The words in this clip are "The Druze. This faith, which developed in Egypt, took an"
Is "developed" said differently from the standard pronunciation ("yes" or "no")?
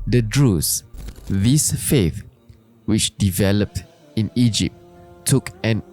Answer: no